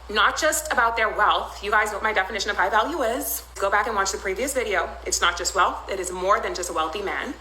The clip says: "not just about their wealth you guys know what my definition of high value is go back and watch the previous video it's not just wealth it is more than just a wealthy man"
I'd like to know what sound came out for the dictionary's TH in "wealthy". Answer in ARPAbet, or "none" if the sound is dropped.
TH